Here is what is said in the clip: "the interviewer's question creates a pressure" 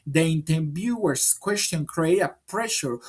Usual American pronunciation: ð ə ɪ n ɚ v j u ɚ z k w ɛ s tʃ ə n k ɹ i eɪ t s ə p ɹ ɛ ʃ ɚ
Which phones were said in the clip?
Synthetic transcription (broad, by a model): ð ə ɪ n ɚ b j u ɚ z k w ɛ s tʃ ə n k ɹ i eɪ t ə p ɹ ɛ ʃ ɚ